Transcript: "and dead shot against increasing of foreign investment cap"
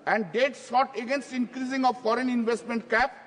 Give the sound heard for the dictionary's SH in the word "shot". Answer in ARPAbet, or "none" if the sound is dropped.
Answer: S